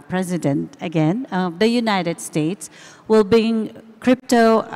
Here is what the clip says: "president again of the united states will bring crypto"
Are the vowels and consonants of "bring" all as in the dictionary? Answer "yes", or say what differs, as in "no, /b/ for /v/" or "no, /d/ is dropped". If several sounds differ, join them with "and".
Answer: no, /ɹ/ is dropped